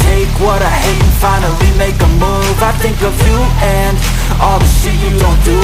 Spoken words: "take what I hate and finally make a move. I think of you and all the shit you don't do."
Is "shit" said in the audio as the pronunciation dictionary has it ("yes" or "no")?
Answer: no